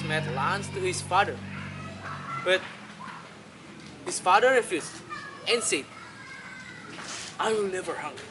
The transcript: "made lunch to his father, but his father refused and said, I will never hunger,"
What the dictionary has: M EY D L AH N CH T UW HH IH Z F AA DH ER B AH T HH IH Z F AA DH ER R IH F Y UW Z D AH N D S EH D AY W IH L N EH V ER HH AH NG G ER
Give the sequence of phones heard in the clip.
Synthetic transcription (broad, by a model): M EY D L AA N S T UW HH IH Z F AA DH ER B AH T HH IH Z F AA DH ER R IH F Y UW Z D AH N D S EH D AY W IH L N EH V ER HH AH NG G